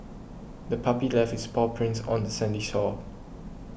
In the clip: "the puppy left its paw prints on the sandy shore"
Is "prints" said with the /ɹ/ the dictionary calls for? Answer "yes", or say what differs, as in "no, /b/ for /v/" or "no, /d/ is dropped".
yes